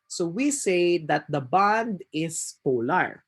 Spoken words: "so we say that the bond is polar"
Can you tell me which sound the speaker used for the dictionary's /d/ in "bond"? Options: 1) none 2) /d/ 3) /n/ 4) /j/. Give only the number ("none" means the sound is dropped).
2